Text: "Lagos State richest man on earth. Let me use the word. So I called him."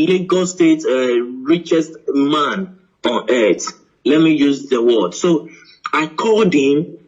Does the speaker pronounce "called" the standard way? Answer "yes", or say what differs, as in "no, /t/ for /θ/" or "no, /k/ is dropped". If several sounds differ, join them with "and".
no, /l/ is dropped